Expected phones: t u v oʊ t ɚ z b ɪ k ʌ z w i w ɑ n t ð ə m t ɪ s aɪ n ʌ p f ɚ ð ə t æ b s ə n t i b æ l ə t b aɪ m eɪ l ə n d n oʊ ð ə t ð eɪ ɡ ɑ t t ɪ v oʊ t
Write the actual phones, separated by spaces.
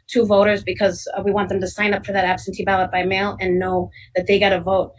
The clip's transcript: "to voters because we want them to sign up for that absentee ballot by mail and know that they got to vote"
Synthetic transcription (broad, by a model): t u v oʊ t ɚ z b ɪ k ʌ z w i w ɑ n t ð ə m t ɪ s aɪ n ʌ p f ɚ ð ə t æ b s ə n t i b æ l ə t b aɪ m eɪ l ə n n oʊ ð ə t ð eɪ ɡ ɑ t t ɪ v oʊ t